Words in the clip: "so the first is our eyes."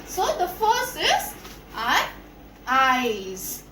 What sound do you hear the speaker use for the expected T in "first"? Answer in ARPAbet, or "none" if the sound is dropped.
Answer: none